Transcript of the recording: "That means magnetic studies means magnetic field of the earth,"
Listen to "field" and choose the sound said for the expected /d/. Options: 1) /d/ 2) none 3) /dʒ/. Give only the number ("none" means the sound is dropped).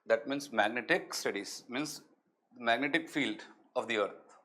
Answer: 1